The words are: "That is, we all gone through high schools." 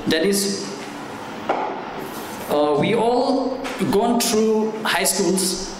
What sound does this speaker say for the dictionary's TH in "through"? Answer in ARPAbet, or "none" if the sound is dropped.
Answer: T